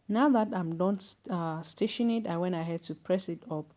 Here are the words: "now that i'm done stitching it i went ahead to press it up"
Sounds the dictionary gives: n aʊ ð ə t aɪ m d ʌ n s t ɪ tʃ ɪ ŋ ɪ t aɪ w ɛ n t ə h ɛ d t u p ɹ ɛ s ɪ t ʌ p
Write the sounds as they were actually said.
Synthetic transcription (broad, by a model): n aʊ ð ə t aɪ m d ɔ n s t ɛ ʃ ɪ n ɪ t aɪ w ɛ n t ə h ɛ d t u p ɹ ɛ s ɪ t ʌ p